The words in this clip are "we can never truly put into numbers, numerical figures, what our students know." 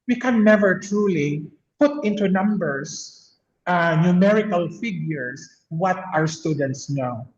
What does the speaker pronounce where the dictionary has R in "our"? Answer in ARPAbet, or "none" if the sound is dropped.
R